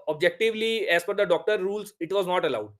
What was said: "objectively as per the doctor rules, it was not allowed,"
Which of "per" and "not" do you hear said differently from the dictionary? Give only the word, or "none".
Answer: per